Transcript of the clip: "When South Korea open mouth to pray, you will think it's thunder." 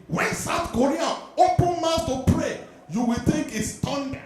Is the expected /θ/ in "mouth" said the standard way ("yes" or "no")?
no